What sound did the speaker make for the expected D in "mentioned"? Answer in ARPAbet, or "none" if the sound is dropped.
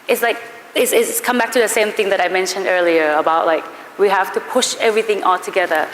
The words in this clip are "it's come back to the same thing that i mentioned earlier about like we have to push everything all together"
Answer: D